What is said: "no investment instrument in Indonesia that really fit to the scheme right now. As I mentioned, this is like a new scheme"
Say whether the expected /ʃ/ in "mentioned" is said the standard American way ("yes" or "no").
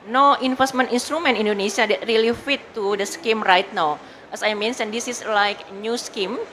no